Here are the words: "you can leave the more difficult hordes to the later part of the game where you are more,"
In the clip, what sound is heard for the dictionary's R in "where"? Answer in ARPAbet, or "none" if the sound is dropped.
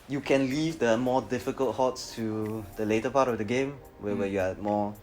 W